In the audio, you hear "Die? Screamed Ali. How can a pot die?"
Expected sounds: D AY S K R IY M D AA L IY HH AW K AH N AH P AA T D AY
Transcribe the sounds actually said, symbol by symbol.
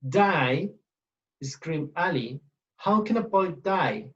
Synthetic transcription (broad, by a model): D AY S K R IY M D AA L IY HH AW K AH N AH B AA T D AY